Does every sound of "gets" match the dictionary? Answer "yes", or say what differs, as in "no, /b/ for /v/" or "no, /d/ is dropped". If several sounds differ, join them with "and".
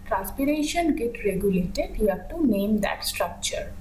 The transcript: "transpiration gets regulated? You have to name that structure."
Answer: no, /s/ is dropped